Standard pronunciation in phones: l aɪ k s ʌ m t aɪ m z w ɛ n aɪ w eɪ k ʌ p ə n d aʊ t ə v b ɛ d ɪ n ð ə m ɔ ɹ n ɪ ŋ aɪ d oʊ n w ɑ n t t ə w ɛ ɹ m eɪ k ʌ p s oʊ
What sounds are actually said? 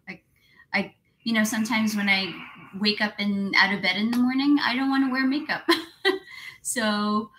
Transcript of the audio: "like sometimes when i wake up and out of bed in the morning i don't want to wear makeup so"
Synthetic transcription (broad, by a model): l aɪ k s ʌ m t aɪ m z w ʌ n aɪ w eɪ k ʌ p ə n aʊ t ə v b ɛ d ɪ n ð ə m ɔ ɹ n ɪ ŋ aɪ d oʊ n w ɑ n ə w ɛ ɹ m eɪ k ʌ p s oʊ